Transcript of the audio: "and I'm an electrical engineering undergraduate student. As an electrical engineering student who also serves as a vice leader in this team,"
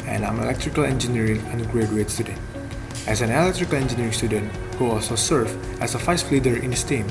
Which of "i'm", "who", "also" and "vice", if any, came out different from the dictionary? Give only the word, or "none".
vice